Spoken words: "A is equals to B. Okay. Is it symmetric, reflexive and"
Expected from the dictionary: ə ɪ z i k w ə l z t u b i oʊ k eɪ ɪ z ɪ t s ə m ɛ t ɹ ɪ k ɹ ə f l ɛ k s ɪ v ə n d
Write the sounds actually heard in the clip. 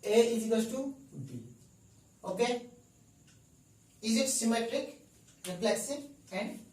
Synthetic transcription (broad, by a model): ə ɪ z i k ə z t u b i oʊ k eɪ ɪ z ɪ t s ə m ɛ t ɹ ɪ k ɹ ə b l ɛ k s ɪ ə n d